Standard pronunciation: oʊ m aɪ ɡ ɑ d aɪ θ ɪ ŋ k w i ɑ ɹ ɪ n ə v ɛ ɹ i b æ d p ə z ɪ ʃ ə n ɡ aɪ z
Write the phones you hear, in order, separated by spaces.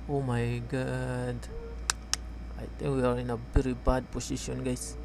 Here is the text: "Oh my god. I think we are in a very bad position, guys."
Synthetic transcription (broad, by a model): oʊ m aɪ ɡ ɑ d aɪ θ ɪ ŋ k w i ɑ ɹ ɪ n ə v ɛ ɹ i b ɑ d p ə s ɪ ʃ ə n ɡ aɪ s